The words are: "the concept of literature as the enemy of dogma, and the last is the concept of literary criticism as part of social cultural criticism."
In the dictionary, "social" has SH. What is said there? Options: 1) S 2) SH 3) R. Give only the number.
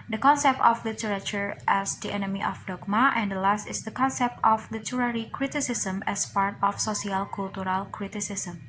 1